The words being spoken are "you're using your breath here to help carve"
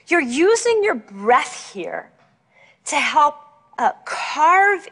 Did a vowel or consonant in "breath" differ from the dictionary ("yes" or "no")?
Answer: no